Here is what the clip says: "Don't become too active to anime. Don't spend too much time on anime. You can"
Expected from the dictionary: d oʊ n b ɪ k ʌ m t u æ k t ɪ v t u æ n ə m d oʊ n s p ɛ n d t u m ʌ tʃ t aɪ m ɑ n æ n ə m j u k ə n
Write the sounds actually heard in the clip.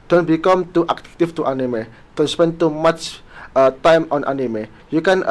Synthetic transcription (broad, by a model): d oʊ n b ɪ k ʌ m t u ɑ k t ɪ f t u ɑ n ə m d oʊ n s p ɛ n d t u m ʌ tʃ t aɪ m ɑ n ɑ n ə m j u k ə n